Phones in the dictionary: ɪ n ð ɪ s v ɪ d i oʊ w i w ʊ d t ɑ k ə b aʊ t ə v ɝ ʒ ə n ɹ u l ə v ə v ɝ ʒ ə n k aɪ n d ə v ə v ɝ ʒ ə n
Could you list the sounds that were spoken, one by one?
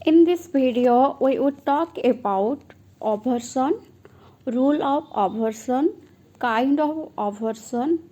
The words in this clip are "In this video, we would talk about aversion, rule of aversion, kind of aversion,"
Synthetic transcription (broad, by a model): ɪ n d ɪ s b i d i oʊ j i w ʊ t ɑ k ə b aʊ t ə b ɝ s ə n ɹ u l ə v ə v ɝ s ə n k aɪ n d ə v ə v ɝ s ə n